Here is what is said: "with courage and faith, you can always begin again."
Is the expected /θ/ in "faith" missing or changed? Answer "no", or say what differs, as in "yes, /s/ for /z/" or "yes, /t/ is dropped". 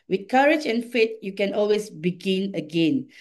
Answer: yes, /t/ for /θ/